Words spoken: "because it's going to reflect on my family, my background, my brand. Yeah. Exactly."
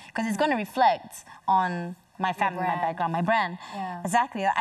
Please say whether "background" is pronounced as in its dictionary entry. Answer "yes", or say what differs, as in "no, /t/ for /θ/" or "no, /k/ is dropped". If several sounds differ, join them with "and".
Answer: no, /k/ is dropped